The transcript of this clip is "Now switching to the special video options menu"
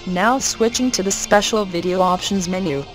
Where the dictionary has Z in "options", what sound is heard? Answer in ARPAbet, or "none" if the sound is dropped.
Z